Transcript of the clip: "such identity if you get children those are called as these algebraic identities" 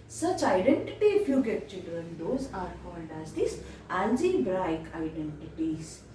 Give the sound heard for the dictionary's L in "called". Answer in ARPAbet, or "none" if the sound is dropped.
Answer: N